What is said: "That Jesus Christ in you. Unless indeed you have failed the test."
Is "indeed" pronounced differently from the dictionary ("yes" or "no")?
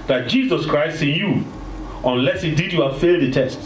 yes